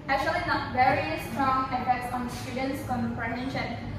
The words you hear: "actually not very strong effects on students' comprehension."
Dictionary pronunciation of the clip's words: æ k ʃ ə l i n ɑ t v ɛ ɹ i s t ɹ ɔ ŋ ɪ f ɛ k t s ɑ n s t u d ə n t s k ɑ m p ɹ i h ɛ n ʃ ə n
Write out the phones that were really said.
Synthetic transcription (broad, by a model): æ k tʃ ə l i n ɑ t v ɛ ɹ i s t ɹ ɔ ŋ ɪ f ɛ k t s ɑ n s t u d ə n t s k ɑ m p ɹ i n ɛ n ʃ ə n